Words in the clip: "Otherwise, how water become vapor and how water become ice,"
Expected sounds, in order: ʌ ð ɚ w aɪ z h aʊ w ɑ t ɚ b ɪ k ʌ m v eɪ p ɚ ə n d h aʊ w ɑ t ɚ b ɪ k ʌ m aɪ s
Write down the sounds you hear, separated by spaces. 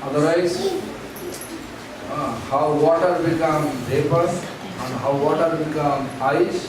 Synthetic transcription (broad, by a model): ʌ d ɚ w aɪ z h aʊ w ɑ t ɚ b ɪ k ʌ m b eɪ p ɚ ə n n h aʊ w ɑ t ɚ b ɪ k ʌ m aɪ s